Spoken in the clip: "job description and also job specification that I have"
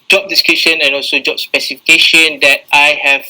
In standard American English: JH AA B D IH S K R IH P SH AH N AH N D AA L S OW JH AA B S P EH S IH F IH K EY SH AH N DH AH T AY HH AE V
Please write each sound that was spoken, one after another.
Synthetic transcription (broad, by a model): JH AA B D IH S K IH SH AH N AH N AA L S OW JH AA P S P EH S IH F IH K EY SH AH N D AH T AY HH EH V